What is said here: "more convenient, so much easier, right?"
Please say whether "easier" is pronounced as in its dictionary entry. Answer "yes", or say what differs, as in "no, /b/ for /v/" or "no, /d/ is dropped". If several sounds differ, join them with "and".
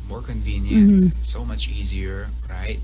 yes